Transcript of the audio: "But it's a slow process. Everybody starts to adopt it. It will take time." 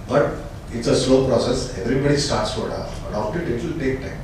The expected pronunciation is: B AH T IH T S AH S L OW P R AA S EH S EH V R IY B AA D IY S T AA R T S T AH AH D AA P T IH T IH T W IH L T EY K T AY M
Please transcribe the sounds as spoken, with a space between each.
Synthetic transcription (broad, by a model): B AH T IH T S AH S L OW P R AA S EH S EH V R IY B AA D IY S T AA R T S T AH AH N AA F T IH T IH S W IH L T EY K T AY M